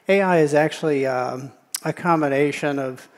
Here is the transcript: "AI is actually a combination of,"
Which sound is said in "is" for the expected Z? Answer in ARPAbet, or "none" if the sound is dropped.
Z